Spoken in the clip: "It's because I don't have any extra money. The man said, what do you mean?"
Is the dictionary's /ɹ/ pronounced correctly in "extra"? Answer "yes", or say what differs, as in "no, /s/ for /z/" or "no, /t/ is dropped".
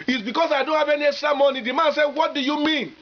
no, /ɹ/ is dropped